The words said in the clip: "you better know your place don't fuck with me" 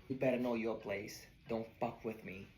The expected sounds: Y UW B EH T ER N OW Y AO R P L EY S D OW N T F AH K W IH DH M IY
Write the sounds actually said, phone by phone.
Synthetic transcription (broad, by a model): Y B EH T N OW Y AO R P L EY S D OW N T P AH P W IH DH M IY